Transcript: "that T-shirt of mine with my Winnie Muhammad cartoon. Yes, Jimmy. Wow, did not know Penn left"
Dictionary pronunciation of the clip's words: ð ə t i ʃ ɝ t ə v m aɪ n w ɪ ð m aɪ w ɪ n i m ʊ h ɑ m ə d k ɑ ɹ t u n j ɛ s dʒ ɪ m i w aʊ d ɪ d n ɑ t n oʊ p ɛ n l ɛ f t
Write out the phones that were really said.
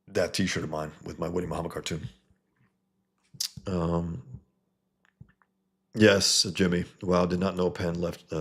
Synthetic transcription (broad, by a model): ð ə t i ʃ ɝ t ə v m aɪ n w ɪ ð m aɪ w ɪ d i m ʊ h ɑ m ə d k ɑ ɹ t u n j ɛ s dʒ ɪ m i w aʊ d ɪ d n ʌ t n oʊ p ɛ n l ɛ f t